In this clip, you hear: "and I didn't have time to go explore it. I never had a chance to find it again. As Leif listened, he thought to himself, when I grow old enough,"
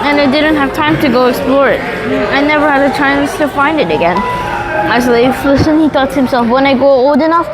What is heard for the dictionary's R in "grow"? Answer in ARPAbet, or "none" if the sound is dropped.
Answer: none